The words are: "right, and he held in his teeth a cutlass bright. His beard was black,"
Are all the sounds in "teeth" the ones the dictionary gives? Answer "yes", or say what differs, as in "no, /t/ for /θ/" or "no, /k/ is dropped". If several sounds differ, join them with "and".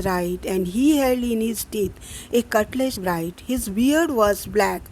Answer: no, /t/ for /θ/